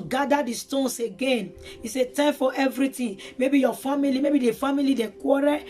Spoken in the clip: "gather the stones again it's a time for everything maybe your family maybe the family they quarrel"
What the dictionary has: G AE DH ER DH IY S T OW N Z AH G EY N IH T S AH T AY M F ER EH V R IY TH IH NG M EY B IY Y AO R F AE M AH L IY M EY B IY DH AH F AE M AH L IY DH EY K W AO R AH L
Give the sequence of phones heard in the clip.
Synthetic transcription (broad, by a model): G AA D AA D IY S T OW N S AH G EY N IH S AH T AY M F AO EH V R IY T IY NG M EY B IY Y AO F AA M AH L IY M EY B IY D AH F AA M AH L IY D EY K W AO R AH